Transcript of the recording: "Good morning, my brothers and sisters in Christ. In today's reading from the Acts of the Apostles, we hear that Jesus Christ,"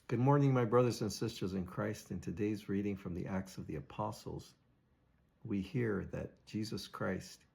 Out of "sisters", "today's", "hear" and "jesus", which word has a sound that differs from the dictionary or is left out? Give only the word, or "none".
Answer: none